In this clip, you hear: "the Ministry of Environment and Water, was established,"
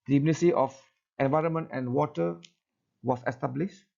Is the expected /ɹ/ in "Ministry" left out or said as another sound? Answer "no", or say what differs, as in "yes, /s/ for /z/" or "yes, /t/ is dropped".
yes, /ɹ/ is dropped